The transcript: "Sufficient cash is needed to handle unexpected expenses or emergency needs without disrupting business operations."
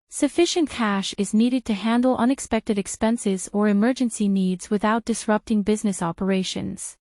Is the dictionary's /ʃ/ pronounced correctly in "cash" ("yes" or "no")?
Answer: yes